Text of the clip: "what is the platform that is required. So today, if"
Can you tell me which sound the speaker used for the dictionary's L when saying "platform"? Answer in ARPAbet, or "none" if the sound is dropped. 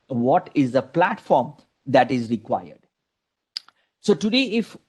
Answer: L